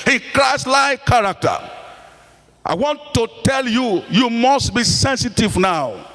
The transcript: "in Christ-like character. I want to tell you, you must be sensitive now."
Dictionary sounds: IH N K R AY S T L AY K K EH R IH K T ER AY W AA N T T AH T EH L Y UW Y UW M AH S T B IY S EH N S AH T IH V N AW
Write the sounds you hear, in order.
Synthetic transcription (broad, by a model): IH K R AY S L AY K K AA R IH K T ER AY W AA N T T AH T EH L Y UW Y UW M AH S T B IY S EH N S AH T IH V N AW